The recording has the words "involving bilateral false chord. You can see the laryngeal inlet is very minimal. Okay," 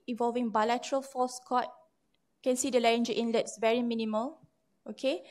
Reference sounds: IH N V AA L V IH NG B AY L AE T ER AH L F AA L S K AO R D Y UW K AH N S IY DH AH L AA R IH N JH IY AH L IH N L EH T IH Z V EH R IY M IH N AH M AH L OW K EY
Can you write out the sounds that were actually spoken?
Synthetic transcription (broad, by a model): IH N V AA L V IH NG B AY L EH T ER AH L F AA S K AO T K AH N S IY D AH L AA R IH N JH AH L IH N L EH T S V EH R IY M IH N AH M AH L OW K EY